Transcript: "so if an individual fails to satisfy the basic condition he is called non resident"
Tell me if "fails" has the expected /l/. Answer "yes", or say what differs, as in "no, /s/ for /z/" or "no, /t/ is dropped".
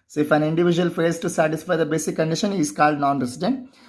no, /l/ is dropped